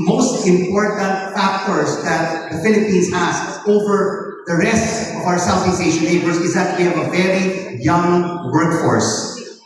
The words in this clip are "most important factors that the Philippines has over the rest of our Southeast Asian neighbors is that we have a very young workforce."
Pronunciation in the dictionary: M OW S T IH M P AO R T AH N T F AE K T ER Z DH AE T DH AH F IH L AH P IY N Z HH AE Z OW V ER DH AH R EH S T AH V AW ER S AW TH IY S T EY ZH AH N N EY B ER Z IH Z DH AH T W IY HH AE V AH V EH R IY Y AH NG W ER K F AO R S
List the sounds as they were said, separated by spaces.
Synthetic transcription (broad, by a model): M OW S T IH M P AO R T AH N T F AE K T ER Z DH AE T DH AH F IH L AH P IY N Z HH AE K OW V ER DH AH R EH S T AH V AW ER S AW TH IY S EY SH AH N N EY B ER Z IH Z DH AH T W IY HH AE V AH V EH R IY Y AH NG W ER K F AO R S